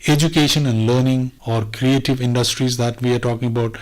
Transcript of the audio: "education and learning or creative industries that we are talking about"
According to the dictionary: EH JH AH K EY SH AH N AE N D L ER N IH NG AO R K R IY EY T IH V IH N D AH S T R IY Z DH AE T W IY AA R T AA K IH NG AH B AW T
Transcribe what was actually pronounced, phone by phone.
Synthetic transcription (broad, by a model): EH JH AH K EY SH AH N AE N D L ER N IH NG AO R K R IY EY T IH V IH N D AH S T R IY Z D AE T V IY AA R T AA K IH NG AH B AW T